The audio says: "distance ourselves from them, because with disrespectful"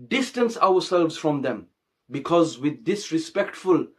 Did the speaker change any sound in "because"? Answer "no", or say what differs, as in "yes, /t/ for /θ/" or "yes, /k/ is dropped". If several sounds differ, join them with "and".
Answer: no